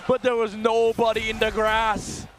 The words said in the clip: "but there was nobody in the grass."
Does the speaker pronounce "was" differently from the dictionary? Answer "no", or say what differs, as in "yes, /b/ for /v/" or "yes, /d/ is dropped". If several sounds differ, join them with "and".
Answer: no